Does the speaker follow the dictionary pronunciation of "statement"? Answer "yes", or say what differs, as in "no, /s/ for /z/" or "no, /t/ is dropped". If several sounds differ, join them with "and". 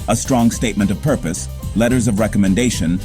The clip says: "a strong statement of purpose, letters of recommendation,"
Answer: yes